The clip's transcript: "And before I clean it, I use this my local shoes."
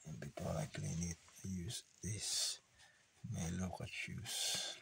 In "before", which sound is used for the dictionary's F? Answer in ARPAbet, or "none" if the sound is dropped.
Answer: P